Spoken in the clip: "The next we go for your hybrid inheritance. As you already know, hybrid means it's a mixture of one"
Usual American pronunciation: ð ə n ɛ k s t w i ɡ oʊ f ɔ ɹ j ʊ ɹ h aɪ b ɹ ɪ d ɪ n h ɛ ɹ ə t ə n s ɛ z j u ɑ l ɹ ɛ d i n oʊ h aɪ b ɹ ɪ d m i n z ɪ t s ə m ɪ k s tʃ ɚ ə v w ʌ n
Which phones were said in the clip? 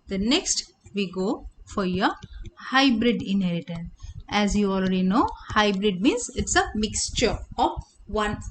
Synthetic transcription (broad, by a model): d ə n ɛ k s t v i ɡ oʊ f ɔ ɹ j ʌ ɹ h aɪ b ɹ ɪ d ɪ n h ɛ ɹ ə t ə n s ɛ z j u ɑ l ɹ ɛ d i n oʊ h aɪ b ɹ ɪ d m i n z ɪ t s ə m ɪ k s tʃ ɚ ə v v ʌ n